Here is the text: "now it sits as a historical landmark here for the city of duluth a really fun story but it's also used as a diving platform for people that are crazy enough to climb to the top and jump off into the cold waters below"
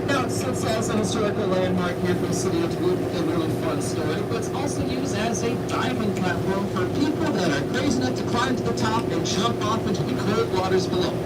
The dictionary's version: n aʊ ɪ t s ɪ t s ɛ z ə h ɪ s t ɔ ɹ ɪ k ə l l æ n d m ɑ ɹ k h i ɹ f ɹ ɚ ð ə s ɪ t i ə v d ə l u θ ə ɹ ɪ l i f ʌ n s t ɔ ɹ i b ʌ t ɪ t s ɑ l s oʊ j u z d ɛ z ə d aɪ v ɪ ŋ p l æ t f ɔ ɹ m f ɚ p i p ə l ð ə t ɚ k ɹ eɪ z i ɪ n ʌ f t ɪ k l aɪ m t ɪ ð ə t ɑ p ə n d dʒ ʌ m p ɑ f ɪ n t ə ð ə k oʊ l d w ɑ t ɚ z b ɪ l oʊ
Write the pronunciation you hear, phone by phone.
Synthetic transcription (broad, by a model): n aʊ ɪ t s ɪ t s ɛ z ə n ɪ s t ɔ ɹ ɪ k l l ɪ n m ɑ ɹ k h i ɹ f ɹ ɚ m s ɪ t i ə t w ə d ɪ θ ə ɹ ɪ l i f ʌ n s t ɔ ɹ i b ʌ t ɪ t s ɑ l s oʊ j u z d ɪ z ə d aɪ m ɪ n p l æ t f ɔ ɹ m f ɚ p i p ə l ð ə t ɚ k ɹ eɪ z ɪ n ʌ t ɪ k l aɪ m t ɪ ð ə t ɑ p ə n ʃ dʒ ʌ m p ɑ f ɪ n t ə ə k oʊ d w ɑ t ɚ z b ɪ l oʊ